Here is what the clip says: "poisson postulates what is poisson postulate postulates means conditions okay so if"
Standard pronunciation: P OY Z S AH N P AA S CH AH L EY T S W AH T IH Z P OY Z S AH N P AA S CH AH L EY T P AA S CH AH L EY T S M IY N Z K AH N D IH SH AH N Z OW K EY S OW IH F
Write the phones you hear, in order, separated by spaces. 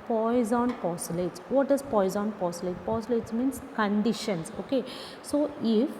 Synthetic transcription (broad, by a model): P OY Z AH N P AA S AH L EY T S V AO T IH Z P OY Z AH N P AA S AH L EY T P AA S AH L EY T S M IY N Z K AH N D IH SH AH N S OW K EY S OW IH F